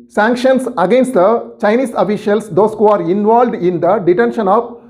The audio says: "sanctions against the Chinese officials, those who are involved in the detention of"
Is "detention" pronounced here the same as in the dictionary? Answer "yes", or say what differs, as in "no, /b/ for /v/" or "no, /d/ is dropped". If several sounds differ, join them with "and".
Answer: yes